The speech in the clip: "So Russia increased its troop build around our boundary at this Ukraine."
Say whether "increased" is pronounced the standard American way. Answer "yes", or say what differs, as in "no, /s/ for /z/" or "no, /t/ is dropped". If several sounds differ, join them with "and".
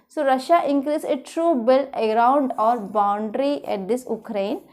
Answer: no, /t/ is dropped